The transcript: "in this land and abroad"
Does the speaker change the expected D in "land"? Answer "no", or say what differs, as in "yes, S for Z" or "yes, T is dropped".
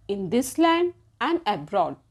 yes, D is dropped